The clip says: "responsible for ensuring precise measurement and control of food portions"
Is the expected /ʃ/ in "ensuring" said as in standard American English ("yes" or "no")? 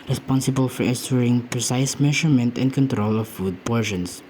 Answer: no